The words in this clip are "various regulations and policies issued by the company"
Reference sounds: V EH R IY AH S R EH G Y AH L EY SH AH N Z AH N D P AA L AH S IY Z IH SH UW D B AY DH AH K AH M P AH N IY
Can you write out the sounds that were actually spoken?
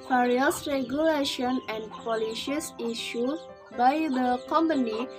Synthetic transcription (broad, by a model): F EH R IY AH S R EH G Y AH L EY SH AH N AH N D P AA L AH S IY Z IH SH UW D B AY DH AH K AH M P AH N IY